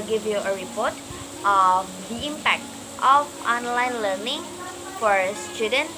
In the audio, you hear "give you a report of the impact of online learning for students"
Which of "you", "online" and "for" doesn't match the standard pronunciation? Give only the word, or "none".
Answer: none